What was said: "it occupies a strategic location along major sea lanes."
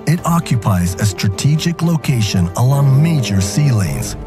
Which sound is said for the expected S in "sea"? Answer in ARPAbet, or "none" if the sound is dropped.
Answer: S